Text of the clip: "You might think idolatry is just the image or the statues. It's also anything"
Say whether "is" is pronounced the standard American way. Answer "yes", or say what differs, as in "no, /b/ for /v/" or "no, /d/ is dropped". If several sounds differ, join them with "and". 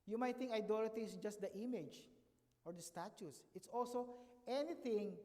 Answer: no, /s/ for /z/